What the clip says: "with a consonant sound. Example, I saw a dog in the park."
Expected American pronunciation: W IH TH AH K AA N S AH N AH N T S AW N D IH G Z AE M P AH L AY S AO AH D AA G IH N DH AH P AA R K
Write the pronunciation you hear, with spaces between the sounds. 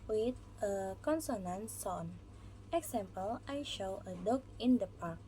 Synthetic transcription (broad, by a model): W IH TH AH K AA N S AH N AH N S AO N IH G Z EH M P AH L AY SH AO AH D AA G IH N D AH P AA R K